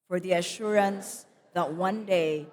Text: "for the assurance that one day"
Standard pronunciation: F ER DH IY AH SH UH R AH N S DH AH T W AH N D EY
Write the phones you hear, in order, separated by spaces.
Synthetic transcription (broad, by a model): F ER DH IY AH SH UH R AH N S DH AH T W AH N D EY